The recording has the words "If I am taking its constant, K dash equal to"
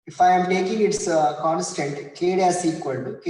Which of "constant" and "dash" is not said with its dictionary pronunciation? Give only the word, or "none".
dash